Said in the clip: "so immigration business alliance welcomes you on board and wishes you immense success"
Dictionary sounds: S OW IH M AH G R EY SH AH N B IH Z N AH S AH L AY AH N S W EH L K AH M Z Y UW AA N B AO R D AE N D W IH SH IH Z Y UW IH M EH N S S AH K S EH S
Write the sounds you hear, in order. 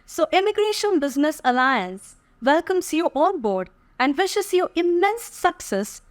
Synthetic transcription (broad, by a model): S OW IH M AH G R EY SH AH N B IH Z N AH S AH L AY AH N S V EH L K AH M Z Y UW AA L B AO R D AE N D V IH SH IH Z Y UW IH M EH N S S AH K S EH S